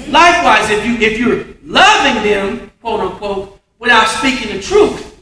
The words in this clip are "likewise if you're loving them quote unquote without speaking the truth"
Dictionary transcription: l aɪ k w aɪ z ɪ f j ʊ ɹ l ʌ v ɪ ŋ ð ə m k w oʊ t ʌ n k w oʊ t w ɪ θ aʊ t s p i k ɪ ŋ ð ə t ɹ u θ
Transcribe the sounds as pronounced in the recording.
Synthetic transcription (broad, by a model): l aɪ k w aɪ z ɪ f j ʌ ɹ l ʌ v ɪ ŋ ð ə m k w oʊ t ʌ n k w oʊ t w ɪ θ aʊ t s p i k ɪ ŋ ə t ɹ u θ